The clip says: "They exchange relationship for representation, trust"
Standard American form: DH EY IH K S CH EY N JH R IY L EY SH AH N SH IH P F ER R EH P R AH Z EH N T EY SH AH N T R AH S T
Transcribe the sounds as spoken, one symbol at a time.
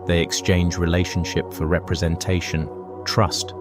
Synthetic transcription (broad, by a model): DH EY IH K S CH EY N JH R IY L EY SH AH N SH IH P F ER R EH P R AH Z EH N T EY SH AH N T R AH S T